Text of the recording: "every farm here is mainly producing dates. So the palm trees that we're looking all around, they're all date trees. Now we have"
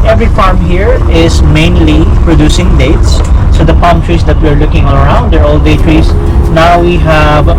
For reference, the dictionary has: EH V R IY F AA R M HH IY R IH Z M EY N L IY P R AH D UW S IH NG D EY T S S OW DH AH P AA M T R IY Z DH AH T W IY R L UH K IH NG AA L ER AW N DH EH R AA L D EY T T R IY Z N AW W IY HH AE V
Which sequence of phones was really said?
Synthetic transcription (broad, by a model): EH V R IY F AA R M HH IY R IH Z M EY N L IY P R AH D UW S IH NG D EY T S S OW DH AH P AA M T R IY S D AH T W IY R L UH K IH NG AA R AW N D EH R AA L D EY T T R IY S N AW W IY HH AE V